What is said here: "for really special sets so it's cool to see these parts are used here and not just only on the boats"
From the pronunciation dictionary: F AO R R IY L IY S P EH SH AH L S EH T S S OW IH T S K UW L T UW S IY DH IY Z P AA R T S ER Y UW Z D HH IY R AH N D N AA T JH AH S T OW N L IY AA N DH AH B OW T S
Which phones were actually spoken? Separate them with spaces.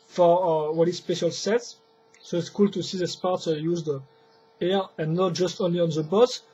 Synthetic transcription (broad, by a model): F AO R W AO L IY S P EH SH AH L S EH T S S OW IH T S K UW L T UW S IY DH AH S P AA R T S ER Y UW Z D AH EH R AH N N AA T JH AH S T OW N L IY AA N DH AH B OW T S